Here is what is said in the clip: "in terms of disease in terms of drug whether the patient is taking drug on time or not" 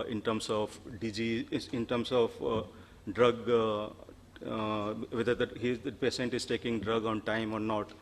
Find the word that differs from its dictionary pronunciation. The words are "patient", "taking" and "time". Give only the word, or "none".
patient